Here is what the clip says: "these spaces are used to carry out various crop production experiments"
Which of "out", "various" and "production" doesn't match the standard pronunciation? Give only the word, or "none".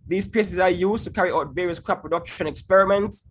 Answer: none